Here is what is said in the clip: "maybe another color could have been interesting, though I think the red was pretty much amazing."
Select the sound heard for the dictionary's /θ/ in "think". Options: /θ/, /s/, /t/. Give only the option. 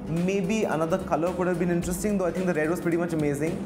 /t/